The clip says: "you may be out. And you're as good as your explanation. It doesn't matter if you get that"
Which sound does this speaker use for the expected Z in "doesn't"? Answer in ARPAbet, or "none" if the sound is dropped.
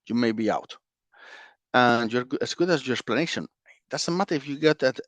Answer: S